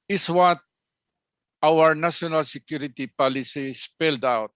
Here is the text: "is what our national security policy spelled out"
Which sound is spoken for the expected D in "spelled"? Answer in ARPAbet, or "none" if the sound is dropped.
D